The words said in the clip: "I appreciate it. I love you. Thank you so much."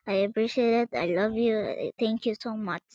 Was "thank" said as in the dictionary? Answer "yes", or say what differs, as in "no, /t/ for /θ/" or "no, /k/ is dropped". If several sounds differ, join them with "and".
no, /t/ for /θ/